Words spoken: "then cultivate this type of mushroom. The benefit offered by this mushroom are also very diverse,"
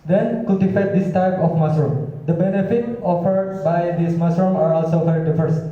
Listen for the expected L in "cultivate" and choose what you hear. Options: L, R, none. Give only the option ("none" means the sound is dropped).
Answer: none